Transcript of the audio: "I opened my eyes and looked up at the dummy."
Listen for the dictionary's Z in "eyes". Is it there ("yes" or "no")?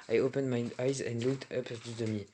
yes